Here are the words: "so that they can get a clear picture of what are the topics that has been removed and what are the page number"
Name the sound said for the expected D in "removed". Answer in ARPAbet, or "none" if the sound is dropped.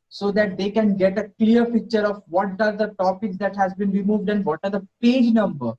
D